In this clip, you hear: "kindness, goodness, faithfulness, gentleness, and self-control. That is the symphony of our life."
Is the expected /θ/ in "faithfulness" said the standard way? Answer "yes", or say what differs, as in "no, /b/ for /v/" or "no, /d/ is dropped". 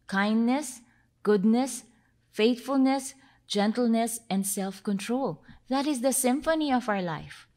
no, /t/ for /θ/